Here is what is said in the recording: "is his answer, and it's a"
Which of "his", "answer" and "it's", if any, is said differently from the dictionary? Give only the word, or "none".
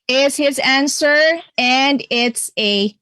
none